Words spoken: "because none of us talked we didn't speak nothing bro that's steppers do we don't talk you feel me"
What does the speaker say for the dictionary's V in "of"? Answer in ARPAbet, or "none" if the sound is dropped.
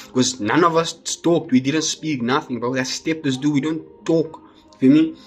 V